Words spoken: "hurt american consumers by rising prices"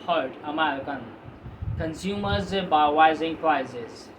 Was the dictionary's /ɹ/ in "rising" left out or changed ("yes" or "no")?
yes